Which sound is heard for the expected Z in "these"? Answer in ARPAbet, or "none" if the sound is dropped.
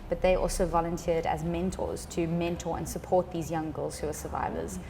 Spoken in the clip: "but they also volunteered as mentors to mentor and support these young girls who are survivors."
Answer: Z